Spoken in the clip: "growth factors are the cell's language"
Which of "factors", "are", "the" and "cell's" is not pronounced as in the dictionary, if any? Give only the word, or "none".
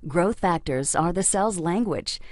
none